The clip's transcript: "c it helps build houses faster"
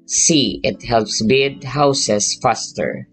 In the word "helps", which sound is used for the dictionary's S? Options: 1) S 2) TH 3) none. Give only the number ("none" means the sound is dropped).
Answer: 1